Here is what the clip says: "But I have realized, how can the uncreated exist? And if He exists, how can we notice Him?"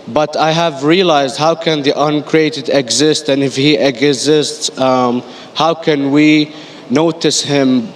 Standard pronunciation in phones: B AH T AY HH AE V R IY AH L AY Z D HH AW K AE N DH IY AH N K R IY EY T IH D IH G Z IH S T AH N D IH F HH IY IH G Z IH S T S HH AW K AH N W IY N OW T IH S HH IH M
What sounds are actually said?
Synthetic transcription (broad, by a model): B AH T AY HH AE V R IY AH L AY Z D HH AW K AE N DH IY AH N K R IY EY T IH D IH G Z IH S T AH N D IH F HH IY IH G Z IH S T S HH AW K AH N W IY N OW T IH S HH IH M